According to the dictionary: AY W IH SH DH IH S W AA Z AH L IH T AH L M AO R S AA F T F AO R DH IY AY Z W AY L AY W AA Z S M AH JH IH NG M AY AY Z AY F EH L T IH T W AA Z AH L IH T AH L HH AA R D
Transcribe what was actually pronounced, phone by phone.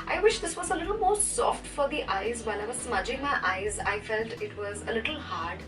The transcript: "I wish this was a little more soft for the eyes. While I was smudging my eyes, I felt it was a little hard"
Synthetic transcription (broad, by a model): AY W IH SH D IH S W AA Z AH L IH T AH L M AO R S AA F T F AO R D IY AY Z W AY N AY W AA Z S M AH JH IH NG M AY AY Z AY F EH L T IH T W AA Z AH L IH T AH L HH AA R D